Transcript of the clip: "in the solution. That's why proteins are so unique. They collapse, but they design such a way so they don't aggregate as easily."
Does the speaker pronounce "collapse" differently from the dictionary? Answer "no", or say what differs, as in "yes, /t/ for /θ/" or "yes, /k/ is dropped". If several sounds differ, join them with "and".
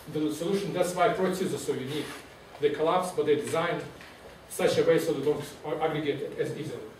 no